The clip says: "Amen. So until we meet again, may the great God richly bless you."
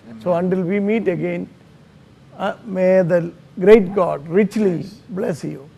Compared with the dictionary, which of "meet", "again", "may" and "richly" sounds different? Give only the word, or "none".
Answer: none